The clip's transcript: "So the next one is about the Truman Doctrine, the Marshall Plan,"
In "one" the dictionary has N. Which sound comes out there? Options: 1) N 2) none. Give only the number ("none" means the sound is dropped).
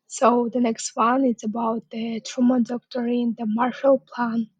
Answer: 1